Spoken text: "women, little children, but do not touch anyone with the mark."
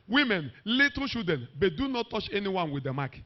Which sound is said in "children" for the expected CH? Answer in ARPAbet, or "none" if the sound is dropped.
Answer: SH